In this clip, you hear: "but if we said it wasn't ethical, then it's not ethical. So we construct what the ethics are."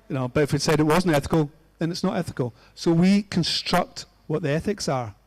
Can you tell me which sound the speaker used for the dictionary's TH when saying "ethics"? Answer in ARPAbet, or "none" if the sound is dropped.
TH